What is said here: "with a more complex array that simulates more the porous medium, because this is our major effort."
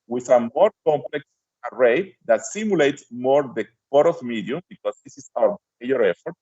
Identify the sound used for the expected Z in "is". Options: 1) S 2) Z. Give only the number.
1